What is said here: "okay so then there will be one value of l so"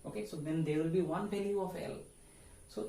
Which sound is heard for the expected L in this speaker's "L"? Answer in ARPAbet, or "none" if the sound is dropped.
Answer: L